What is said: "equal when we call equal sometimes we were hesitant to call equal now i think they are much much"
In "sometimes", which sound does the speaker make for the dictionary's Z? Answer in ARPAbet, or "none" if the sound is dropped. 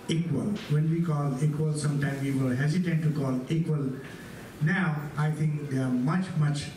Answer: none